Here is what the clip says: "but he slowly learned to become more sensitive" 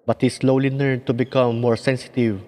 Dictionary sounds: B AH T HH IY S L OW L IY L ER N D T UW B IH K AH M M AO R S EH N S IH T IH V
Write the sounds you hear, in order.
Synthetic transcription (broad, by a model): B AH T HH IY S L OW L IY N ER D T UW B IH K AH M M AO R S EH N S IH T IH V